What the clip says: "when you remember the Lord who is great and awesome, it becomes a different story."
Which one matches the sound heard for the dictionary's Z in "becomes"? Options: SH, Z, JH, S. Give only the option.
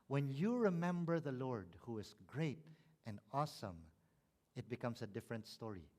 S